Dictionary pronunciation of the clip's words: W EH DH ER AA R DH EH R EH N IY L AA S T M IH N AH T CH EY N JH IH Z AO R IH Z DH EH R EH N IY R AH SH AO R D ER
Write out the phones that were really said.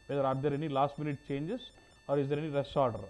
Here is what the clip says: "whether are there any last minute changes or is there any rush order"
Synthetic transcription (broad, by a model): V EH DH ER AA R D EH R EH N IY L AA S T M IH N AH T CH EY N JH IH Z AO R IH Z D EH R EH N IY R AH S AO R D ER